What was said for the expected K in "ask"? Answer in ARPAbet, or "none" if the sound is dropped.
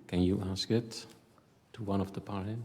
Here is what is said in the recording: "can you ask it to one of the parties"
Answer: K